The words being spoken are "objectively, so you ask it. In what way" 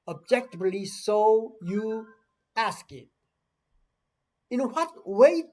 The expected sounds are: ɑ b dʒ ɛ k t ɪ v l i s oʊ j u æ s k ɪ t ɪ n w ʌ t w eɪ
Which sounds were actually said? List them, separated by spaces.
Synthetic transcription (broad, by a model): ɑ b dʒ ɛ k t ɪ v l i s oʊ j u æ s k ɪ t ɪ n w ʌ t w eɪ